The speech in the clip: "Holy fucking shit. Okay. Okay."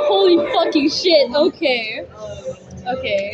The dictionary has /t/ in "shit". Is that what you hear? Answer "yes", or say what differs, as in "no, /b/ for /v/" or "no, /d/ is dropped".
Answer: yes